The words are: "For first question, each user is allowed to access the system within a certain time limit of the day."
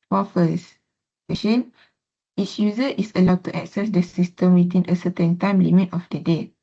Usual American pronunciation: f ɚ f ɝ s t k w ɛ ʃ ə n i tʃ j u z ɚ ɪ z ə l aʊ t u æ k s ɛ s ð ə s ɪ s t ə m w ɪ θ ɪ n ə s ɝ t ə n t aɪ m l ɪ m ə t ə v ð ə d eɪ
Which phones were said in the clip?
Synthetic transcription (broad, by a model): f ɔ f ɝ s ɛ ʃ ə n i s j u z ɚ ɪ s ə l aʊ t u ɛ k s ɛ s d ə s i s t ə m w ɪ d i n ə s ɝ t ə n t aɪ m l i m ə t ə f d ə d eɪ